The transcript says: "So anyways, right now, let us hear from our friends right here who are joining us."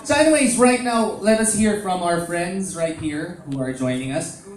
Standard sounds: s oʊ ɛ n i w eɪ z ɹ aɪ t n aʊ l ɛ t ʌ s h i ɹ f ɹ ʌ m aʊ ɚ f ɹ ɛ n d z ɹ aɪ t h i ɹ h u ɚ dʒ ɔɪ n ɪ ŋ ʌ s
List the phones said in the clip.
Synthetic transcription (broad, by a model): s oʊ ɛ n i w eɪ z ɹ aɪ t n aʊ l ɛ t ʌ s h i ɹ f ɹ ʌ m aʊ ɚ f ɹ ɛ n d z ɹ aɪ t h i ɹ h u ɚ dʒ ɔɪ n ɪ ŋ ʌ s